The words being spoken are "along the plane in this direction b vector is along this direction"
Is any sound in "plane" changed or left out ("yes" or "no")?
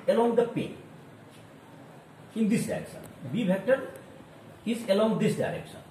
yes